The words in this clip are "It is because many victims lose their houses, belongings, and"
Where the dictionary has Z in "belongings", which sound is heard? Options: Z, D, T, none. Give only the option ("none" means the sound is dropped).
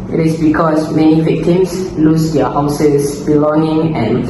none